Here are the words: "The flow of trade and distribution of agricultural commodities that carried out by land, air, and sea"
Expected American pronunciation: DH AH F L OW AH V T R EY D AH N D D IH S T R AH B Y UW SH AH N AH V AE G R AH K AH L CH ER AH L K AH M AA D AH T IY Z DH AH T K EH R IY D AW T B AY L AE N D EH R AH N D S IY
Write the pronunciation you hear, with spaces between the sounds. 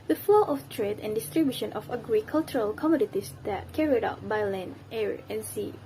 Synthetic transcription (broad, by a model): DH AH F L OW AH F T R EY D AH N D D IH S T R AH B Y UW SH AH N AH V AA G R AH K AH L CH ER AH L K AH M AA D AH T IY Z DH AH T K EH R IY D AW T B AY L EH N EH R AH N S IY